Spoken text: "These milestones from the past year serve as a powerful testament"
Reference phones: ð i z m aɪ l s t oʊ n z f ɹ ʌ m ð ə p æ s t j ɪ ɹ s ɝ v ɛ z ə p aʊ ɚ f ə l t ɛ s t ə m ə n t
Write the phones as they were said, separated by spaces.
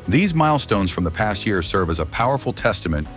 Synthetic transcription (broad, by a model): ð i z m aɪ l s t oʊ n z f ɹ ʌ m ð ə p æ s t j ɪ ɹ s ɝ v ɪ z ə p aʊ ɚ f l t ɛ s t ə m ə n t